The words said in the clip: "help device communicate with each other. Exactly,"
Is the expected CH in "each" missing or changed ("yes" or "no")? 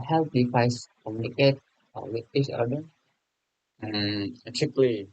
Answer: yes